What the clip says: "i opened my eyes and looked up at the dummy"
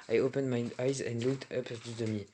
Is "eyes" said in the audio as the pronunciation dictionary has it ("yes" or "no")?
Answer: yes